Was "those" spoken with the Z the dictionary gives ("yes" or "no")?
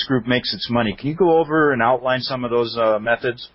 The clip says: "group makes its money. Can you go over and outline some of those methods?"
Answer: yes